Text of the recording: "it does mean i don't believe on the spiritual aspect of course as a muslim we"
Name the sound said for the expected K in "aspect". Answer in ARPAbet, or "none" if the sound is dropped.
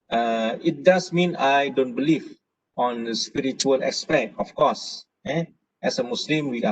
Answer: none